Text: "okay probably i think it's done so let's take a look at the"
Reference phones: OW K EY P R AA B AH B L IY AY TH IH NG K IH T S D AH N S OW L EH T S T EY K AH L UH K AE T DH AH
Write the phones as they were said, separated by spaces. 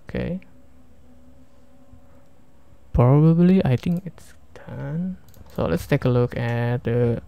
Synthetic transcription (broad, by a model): K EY P R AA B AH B L IY AY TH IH NG K IH T S D AH N S OW L EH T S T EY K AH L UH K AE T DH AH